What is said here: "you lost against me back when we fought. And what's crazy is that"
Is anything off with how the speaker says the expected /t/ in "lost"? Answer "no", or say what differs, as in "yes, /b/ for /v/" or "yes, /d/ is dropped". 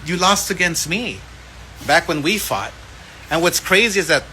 no